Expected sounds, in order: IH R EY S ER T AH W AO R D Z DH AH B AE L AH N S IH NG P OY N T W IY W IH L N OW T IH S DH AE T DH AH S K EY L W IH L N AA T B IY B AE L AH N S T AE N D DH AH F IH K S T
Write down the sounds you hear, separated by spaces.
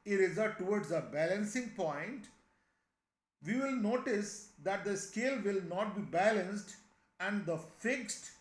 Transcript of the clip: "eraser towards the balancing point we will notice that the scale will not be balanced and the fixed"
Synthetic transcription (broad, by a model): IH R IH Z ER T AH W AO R D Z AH B AE L AH N S IH NG P OY N T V IY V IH L N OW T IH S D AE T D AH S K EY L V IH L N AA T B IY B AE L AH N S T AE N D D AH F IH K S T